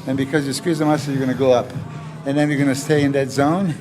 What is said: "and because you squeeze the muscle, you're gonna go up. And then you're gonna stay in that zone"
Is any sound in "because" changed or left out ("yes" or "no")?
no